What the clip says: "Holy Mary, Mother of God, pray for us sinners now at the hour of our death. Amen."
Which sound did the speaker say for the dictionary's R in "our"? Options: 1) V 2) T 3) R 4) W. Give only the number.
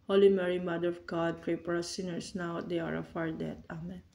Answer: 3